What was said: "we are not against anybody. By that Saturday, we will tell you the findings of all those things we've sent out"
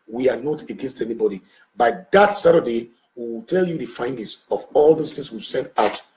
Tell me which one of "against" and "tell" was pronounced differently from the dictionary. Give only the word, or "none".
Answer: none